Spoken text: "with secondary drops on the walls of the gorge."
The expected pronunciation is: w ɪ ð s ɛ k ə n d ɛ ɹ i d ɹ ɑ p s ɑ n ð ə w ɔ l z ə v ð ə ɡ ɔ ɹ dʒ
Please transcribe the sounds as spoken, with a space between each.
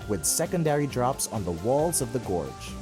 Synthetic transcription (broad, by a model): w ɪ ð s ɛ k ə n d ɛ ɹ i d ɹ ɑ p s n ð ə w ɔ l z ə v ð ə ɡ ɔ ɹ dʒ